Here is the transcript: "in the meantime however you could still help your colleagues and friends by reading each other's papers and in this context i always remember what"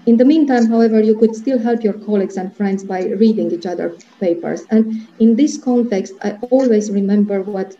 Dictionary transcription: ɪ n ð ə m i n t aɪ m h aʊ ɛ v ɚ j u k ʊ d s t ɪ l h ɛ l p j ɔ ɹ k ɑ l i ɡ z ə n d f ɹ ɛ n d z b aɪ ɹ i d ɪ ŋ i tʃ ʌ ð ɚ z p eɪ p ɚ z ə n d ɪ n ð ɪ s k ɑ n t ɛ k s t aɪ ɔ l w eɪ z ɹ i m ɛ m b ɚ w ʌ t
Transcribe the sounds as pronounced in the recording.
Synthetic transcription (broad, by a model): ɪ n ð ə m i n t aɪ m h aʊ ɛ v ɚ j u k ʊ d s t ɪ l h ɛ l p j ɔ ɹ k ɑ l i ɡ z ə n d f ɹ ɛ n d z b aɪ ɹ i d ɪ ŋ i tʃ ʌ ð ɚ p eɪ p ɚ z ə n d ɪ n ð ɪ s k ɑ n t ɛ k s t aɪ ɔ l w eɪ z ɹ i m ɛ m b ɚ w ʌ t